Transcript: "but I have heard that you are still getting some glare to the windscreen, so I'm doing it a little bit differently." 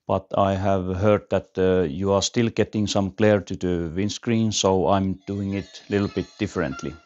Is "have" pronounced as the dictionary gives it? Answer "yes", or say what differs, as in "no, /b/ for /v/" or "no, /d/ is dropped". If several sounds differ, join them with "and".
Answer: yes